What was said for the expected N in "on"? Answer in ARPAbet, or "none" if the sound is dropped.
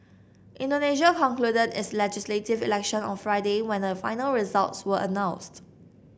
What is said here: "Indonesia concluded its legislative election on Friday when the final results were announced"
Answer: N